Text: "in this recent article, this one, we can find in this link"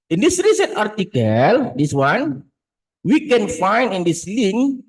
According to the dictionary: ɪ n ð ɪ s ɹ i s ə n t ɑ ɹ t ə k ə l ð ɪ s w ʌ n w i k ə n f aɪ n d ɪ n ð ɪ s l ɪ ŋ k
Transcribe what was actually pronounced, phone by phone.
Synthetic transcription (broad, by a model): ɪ n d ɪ s ɹ i s ə n t ɑ ɹ t ə k ə l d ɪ s w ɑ n w i k ə n f aɪ n d ɪ n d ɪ s l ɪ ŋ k